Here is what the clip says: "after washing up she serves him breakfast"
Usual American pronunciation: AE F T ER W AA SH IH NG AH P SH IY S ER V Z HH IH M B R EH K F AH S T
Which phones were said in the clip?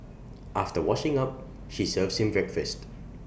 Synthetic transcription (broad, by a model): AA F T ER W AA SH IH NG AH P SH IY S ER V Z HH IH M B R EH K F AH S T